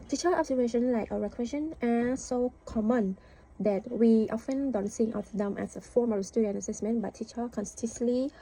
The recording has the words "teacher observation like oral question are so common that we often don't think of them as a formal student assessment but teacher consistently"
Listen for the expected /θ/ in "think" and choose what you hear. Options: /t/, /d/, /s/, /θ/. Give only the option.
/s/